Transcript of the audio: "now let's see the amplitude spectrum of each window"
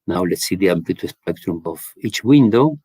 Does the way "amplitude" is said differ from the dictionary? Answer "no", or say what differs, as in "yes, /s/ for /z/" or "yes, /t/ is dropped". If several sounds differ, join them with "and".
yes, /l/ is dropped